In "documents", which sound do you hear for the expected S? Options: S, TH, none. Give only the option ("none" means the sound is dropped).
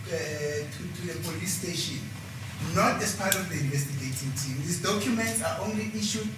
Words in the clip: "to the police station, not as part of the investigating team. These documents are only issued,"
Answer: S